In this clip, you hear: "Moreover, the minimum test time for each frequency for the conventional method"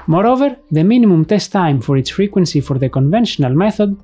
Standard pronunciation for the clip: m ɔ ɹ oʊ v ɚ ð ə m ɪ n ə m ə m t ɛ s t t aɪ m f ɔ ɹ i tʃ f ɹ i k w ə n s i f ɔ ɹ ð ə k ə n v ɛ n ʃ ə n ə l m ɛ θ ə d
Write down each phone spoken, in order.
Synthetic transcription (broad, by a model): m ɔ ɹ oʊ v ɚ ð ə m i n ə m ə m t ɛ s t t aɪ m f ɔ ɹ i s f ɹ i k w ə n s i f ɔ ɹ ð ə k ə n v ɛ n ʃ ə n ə l m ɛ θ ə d